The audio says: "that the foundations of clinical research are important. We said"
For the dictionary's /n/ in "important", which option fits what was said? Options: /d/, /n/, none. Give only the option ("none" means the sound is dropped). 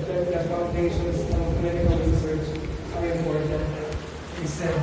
none